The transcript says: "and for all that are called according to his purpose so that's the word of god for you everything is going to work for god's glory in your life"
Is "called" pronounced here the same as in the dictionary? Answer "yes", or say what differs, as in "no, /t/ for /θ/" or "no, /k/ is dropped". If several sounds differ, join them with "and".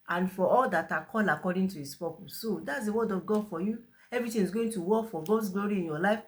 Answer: no, /d/ is dropped